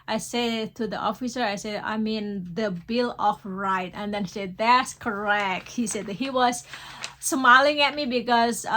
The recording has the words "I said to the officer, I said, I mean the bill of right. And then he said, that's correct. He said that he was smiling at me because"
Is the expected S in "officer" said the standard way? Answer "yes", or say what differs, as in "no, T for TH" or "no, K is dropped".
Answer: yes